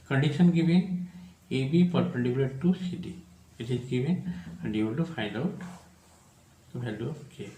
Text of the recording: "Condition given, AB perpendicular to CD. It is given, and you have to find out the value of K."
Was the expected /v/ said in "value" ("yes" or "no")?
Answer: no